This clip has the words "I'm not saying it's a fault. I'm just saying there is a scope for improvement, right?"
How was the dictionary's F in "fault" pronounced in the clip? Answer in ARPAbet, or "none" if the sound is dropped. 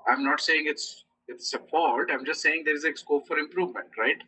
P